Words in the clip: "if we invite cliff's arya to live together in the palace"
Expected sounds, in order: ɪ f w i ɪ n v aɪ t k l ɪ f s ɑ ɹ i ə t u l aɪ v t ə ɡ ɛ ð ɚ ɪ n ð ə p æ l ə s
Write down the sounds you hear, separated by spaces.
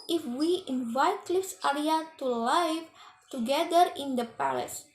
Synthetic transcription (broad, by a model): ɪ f w i ɪ n v aɪ t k l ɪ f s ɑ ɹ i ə t u l aɪ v t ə ɡ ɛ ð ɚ ɪ n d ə p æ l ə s